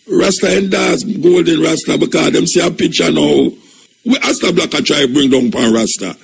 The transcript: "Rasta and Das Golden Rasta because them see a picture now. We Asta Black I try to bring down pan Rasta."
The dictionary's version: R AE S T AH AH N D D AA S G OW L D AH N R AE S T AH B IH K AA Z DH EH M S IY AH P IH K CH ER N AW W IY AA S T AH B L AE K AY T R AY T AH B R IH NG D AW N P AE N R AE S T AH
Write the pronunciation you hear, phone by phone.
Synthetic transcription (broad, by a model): R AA S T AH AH N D D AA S G OW L D AH N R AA S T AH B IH K AA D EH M S IY AH P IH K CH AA N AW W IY AA S T AH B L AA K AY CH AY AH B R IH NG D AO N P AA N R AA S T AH